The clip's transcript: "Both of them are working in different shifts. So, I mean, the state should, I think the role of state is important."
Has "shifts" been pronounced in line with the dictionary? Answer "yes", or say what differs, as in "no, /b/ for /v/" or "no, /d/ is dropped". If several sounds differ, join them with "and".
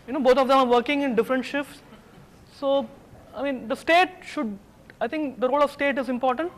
yes